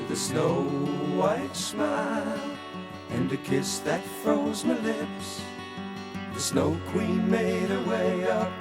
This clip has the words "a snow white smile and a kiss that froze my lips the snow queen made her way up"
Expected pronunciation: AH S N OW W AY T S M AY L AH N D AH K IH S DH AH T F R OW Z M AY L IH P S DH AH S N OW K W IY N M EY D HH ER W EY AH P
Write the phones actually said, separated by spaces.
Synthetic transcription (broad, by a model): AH S N OW W AY T S M AY L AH N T AH K IH S DH AH T F R OW Z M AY L IH P S DH AH S N OW K W IY N M EY D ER W EY AH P